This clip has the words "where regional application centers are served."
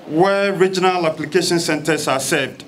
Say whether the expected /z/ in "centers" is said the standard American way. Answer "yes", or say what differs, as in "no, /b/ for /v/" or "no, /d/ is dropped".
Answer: no, /s/ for /z/